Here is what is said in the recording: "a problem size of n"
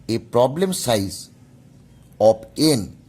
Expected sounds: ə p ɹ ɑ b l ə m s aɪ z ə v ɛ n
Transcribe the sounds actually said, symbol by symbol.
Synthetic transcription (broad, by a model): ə p ɹ ɑ b l ə m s aɪ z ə p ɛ n